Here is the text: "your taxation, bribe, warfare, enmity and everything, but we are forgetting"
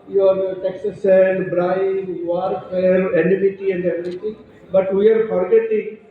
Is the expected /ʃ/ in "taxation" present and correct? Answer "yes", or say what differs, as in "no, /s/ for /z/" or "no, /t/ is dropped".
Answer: no, /s/ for /ʃ/